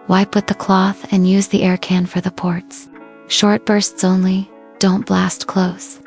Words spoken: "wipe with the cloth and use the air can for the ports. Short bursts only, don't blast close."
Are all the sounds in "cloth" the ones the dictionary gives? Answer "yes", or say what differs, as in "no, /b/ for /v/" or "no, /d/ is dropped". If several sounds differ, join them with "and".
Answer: yes